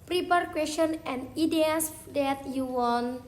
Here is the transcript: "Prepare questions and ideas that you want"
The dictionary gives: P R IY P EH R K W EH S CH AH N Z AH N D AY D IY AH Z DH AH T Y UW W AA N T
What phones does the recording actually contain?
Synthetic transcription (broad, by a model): P R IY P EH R K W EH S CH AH N AH N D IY D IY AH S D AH T Y UW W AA N